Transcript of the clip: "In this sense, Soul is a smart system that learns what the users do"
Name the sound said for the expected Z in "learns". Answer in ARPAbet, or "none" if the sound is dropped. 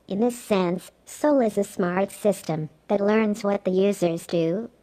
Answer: Z